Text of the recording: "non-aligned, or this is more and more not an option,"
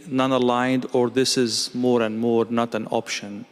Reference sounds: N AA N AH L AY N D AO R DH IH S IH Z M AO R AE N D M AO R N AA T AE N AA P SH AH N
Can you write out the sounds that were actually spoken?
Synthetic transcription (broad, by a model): N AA N AH L AY N D AO R DH IH S IH Z M AO R AE N D M AO R N AA T AE N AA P SH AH N